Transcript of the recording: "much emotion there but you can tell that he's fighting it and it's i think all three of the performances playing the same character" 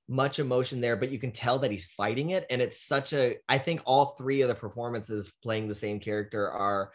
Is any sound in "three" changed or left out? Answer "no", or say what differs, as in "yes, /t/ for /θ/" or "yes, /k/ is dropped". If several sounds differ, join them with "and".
no